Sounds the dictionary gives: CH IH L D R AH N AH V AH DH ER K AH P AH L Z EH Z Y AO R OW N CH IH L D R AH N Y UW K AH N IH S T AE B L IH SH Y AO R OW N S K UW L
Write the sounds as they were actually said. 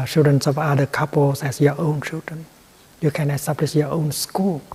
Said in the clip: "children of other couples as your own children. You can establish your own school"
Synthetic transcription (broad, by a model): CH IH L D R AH N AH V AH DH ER K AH P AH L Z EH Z Y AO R OW N CH IH L D R AH N Y UW K AH N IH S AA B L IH S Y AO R OW N S K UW L